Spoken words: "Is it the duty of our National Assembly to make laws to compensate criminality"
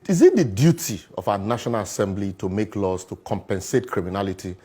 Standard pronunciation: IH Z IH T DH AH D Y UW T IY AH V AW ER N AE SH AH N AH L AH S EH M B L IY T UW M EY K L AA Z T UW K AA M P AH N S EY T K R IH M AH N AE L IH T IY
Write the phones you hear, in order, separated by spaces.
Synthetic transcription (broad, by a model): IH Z IH T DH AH D Y UW T IY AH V AW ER N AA SH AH N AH L AH S EH M B L IY T UW M EY K L AA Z T UW K AA M P AH N S EY T K R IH M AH N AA L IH T IY